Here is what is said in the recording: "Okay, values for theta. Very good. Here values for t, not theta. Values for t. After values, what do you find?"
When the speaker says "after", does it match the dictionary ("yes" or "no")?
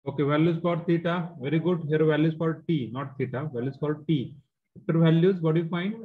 no